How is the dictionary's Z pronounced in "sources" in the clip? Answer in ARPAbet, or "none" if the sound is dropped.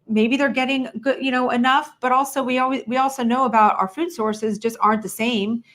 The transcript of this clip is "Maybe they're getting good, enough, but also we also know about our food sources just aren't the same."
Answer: Z